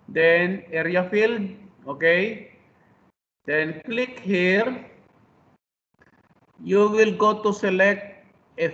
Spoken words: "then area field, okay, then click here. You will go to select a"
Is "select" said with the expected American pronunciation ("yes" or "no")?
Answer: yes